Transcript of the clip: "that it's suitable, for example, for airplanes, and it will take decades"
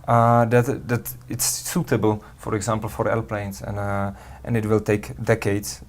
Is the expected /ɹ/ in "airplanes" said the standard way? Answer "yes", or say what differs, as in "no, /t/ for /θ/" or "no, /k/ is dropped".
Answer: no, /l/ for /ɹ/